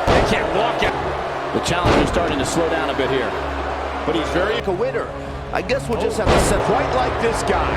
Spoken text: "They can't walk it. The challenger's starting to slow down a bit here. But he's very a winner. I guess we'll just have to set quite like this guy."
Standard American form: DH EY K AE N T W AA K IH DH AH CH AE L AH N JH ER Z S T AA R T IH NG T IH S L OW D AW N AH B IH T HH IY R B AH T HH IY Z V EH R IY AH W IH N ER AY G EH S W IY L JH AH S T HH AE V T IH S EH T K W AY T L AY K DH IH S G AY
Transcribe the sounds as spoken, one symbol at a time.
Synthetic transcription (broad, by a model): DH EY K AE N T W AA K IH DH AH CH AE L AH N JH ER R S T AA R T IH NG T IH S L OW D AW N AH B IH T HH IY R B AH T HH IY Z V EH R IY AH W IH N ER AY G EH S W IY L JH AH S T HH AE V T IH S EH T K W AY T L AY K DH IH S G AY